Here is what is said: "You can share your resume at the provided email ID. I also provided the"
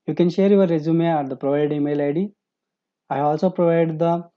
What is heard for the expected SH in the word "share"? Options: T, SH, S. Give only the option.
SH